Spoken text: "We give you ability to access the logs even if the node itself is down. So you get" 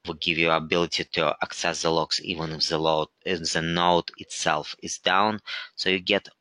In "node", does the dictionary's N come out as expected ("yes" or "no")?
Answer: no